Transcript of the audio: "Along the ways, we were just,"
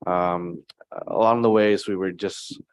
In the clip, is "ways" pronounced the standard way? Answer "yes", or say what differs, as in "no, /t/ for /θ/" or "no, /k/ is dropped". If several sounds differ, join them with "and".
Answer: yes